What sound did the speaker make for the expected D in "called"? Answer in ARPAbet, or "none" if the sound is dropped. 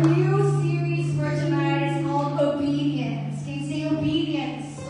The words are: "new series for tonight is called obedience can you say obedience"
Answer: none